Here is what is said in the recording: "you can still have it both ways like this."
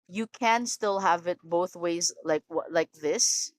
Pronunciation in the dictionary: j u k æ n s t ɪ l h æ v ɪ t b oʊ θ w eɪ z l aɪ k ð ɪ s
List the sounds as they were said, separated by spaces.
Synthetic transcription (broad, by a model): j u k æ n s t ɪ l h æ v ɪ t b oʊ θ w eɪ z l aɪ k ð ɪ s